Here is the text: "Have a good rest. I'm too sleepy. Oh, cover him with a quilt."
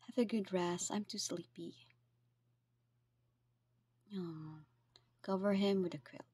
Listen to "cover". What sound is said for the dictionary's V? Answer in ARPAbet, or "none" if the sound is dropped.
V